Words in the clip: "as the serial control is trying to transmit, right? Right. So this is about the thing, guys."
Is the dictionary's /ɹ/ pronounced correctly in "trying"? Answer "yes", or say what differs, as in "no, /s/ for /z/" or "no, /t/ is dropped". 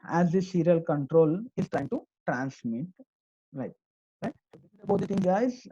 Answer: yes